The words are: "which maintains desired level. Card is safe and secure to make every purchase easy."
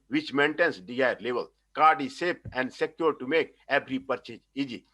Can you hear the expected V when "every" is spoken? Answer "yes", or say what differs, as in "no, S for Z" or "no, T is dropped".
no, B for V